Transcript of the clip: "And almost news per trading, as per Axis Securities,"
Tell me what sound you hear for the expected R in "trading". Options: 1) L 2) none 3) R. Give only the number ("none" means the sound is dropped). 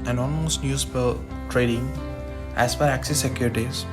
3